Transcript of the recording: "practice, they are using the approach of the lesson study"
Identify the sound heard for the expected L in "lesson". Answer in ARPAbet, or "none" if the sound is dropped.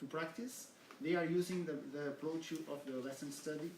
W